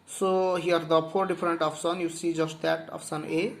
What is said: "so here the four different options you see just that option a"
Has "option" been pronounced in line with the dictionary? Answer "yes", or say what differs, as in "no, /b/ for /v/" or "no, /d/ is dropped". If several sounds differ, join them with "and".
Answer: no, /s/ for /ʃ/